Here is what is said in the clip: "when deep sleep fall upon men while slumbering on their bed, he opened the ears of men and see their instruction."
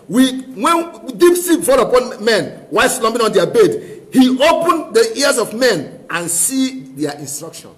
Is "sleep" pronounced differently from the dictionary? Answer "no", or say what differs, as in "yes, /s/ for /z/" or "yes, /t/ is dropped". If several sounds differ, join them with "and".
yes, /l/ is dropped